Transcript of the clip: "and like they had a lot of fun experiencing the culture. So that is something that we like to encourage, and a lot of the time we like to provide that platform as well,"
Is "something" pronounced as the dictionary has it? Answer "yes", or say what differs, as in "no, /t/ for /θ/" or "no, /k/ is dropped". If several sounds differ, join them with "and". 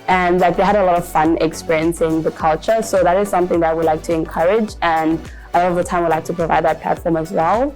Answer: yes